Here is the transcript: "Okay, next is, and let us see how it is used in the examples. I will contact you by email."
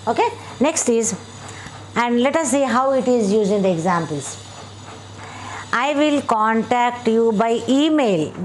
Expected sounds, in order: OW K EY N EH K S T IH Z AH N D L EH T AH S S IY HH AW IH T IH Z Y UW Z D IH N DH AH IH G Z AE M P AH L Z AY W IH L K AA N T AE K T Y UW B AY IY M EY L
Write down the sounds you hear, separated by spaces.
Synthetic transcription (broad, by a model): OW K EY N EH K S T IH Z AH N D L EH T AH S S IY HH AW IH T IH Z Y UW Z IH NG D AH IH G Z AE M P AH L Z AY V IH L K AA N T AE K T Y UW B AY IY M EY L